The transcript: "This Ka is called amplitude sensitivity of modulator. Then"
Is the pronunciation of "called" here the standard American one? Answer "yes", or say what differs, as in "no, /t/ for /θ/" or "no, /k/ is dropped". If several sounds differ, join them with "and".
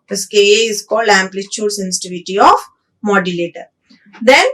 no, /d/ is dropped